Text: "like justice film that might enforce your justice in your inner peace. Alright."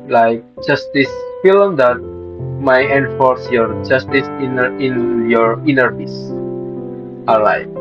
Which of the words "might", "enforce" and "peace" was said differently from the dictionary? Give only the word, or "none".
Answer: peace